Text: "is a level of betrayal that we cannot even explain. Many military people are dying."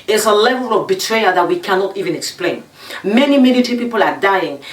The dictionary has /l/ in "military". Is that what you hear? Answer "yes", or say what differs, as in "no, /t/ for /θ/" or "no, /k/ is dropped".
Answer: no, /n/ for /l/